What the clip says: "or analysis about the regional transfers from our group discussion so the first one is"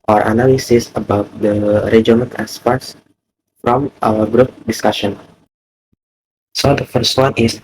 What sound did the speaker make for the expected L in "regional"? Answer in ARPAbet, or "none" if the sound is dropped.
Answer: N